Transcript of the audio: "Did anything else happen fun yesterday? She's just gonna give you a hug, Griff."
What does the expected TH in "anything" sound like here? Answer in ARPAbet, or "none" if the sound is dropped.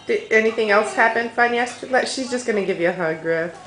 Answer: TH